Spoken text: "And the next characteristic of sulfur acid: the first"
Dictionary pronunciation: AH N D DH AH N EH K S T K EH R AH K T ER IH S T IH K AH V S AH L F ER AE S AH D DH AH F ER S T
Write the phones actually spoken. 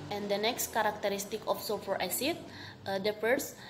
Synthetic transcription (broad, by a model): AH N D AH N EH K S T K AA R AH K T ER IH S T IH K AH F S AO F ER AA S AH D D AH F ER S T